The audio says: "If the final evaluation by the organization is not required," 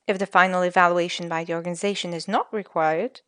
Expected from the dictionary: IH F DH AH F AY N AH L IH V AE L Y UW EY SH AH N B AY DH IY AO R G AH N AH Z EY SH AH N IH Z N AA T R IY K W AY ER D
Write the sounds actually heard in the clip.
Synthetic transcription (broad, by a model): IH F DH AH F AY N L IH V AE L Y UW EY SH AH N B AY DH IY AO R G AH N AH Z EY SH AH N IH Z N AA T R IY K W AY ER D